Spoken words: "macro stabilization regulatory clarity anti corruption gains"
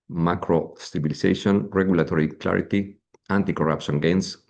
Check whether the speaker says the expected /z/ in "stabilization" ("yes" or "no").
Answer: no